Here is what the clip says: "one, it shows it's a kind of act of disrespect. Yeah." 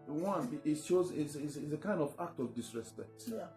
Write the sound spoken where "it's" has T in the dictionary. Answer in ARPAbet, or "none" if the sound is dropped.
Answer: S